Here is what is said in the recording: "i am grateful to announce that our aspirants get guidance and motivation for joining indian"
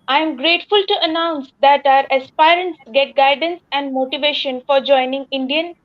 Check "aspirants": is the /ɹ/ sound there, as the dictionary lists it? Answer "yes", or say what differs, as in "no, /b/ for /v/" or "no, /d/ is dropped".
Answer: yes